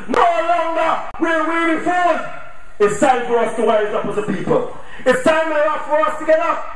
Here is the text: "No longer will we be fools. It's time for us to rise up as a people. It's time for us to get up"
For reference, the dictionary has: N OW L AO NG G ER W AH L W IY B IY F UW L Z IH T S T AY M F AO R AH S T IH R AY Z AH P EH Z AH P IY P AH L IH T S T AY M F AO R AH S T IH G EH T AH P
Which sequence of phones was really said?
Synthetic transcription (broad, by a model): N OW L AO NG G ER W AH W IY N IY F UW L IH T S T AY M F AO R AH S T IH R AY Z AH P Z AH P IY P AH L IH T S T AY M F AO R AH S T IH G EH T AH